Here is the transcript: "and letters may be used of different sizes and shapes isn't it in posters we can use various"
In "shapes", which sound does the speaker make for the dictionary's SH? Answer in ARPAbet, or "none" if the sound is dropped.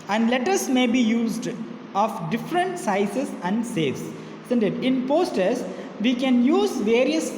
S